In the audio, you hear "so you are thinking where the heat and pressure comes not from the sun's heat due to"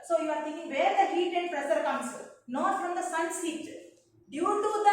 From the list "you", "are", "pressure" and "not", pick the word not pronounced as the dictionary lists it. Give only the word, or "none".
pressure